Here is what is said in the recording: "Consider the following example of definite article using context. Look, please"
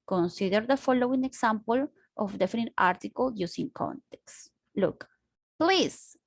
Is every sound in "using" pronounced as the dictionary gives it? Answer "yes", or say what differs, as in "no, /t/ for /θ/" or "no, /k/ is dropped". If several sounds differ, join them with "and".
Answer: no, /s/ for /z/